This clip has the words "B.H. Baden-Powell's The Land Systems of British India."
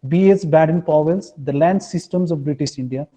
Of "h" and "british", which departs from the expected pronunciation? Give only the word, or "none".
h